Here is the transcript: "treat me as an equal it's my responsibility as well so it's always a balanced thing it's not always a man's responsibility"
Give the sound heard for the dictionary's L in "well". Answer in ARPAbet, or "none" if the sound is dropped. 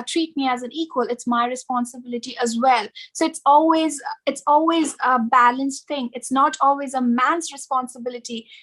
L